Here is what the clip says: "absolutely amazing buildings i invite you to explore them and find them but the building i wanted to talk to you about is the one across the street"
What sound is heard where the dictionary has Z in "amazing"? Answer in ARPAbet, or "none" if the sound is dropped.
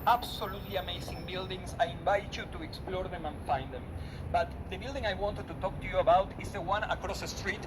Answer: S